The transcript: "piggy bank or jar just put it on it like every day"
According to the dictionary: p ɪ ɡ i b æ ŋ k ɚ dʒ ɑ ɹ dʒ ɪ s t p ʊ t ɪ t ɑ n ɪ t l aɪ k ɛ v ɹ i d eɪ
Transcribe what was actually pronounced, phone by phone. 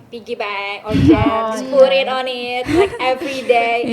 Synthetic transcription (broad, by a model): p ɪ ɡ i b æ k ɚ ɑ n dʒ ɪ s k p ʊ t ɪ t ɑ n ɪ t l aɪ k ɛ v ɹ i d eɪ